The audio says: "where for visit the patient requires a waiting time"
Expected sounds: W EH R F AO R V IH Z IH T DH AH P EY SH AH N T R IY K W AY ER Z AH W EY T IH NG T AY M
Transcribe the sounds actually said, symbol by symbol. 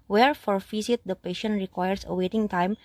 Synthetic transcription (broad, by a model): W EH R F AO R F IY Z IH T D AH P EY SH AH N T R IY K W AY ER S AH W EY T IH NG T AY M